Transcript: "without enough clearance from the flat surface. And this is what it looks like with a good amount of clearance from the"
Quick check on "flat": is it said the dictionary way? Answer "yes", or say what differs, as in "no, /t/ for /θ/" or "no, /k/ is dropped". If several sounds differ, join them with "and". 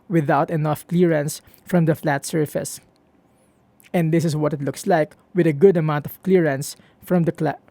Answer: yes